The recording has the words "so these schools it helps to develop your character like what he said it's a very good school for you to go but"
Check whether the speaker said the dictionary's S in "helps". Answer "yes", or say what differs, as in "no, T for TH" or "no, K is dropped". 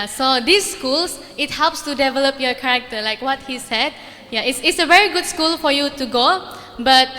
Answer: yes